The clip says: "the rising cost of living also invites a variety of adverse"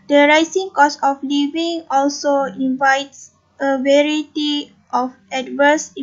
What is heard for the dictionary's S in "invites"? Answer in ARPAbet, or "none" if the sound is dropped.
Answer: S